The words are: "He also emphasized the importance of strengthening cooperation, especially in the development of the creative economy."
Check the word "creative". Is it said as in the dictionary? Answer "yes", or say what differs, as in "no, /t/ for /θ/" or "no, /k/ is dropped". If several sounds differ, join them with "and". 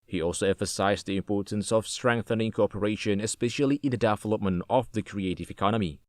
yes